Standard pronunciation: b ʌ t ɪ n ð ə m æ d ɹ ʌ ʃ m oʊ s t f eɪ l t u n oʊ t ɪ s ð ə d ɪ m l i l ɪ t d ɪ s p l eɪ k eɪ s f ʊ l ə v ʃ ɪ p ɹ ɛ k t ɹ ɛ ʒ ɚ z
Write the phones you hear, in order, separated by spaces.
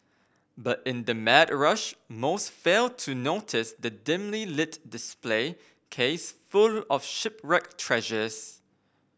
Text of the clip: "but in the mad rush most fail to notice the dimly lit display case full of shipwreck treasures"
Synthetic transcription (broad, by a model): b ʌ t ɪ n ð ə m æ d ɹ ʌ ʃ m oʊ s t f eɪ l t u n oʊ t ɪ s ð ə d ɪ m l i l ɪ t d ɪ s p l eɪ k eɪ s f ʊ l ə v ʃ ɪ p ɹ ɛ k t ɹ ɛ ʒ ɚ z